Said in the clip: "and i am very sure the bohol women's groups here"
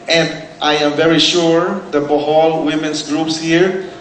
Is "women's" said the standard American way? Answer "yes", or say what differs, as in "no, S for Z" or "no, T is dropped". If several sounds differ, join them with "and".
no, S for Z